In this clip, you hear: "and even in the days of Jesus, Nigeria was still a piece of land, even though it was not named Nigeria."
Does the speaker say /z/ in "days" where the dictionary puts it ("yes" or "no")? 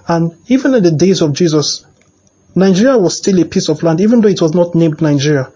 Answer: yes